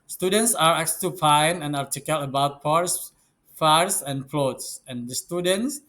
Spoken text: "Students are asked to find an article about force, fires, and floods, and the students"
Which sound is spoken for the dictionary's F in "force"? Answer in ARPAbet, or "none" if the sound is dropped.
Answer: P